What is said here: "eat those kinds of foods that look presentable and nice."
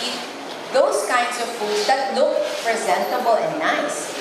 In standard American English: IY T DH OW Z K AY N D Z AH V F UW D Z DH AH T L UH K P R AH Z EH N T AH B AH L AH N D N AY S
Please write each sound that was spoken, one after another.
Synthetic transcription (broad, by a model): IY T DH OW S K AY N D S AH V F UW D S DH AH T L UH K P R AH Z EH N T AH B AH L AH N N AY S